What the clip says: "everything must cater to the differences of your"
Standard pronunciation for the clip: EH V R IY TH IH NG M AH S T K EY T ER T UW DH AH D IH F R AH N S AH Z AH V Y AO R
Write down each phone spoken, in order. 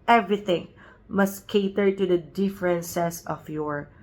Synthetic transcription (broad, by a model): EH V R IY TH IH NG M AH S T K EY T ER T UW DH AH D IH F R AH N S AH S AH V Y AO R